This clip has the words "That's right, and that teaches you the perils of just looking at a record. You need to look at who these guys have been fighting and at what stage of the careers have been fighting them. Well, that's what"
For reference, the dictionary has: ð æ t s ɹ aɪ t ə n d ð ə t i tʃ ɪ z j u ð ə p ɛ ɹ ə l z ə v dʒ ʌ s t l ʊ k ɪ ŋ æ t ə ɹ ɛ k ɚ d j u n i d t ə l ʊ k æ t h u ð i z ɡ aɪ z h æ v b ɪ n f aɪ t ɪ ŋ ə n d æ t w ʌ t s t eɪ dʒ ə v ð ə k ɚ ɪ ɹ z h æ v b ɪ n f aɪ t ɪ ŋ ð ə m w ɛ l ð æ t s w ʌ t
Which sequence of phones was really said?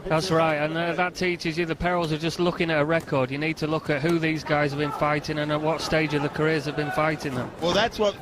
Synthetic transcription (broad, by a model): ð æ t s ɹ aɪ t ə n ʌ ð ə t i tʃ ɪ z j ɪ ð ə p ɛ ɹ ə l z ə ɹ dʒ ʌ s t l ʊ k ɪ ŋ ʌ t ə ɹ ɛ k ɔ d j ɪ n i d t ə l ʊ k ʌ t h u ð i z ɡ aɪ z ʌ v b ɪ n f aɪ t ɪ ŋ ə n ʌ t w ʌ t s t eɪ dʒ ə v ð ə k ɚ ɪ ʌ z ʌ v b ɪ n f aɪ t ɪ ŋ ð ə m w ɛ l ð æ t s w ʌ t